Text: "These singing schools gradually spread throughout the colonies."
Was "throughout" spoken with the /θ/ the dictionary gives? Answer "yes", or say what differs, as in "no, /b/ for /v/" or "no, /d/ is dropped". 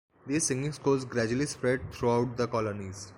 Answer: no, /t/ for /θ/